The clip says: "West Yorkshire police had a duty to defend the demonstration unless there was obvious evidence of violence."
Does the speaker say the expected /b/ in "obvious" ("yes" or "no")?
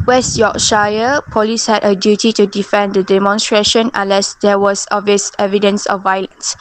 no